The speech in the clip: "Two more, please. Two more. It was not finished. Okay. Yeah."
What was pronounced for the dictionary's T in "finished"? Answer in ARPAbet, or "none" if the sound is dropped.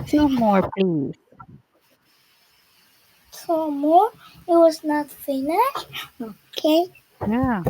none